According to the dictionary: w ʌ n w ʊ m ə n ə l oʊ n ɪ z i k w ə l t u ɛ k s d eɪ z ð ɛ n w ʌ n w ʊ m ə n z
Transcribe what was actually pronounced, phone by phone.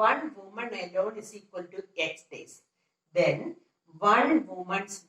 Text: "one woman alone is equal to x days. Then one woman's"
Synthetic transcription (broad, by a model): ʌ n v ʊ m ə n ə l oʊ n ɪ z i k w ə l t u ɛ k s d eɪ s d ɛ n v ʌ n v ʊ m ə n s